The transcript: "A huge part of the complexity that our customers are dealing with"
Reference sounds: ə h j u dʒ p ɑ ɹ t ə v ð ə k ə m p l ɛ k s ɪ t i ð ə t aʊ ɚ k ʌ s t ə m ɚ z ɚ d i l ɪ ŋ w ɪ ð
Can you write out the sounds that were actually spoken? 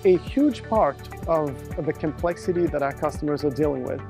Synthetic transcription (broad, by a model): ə h j u dʒ p ɑ ɹ t ə v ð ə k ə m p l ɛ k s ɪ t i ð ə t aʊ ɚ k ʌ s t ə m ɚ z ɚ d i l ɪ ŋ w ɪ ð